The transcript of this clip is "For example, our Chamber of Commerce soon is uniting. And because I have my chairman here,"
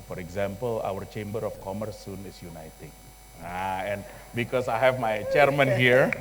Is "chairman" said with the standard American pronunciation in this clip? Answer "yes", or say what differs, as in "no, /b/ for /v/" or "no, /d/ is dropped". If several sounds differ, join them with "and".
yes